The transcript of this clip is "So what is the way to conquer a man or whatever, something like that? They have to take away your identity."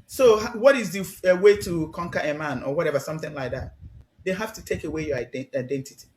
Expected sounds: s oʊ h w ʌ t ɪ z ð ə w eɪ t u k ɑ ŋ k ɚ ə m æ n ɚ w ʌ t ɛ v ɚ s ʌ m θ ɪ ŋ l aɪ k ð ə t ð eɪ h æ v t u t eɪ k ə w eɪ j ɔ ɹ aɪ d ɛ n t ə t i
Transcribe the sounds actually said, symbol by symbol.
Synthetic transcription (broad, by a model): s oʊ h w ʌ t ɪ z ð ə w eɪ t u k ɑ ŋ k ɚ ə m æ n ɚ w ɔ t ɛ v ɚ s ʌ m θ ɪ ŋ l aɪ k ð ə t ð eɪ h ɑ f t u t eɪ k ə w eɪ j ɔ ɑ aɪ d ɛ n t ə t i